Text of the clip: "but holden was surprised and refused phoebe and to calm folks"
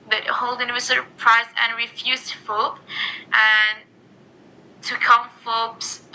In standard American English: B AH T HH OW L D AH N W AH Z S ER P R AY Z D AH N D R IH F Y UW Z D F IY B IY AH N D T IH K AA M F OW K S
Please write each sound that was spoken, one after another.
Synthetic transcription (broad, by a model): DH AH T HH OW L D AH N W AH S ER P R AY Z AH N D R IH F Y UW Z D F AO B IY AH N T IH K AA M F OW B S